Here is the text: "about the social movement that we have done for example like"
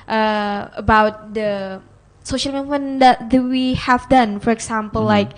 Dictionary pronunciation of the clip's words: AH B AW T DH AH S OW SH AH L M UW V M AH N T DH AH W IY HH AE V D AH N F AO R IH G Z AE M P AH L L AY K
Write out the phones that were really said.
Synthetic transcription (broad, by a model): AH B AW T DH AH S OW SH AH L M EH M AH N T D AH W IY HH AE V D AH N F AO R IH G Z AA M P AH L L AY K